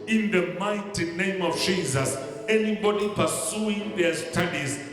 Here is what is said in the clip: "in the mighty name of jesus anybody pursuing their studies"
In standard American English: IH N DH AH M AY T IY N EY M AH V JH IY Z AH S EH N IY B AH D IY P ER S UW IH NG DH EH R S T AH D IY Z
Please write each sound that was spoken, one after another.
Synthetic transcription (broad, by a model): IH N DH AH M AY T IY N EY M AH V JH IY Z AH S EH N IY B AH D IY P ER S UW IH NG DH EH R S T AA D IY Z